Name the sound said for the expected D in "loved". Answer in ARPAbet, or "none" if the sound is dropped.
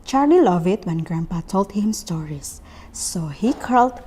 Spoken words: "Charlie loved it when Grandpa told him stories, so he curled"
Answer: none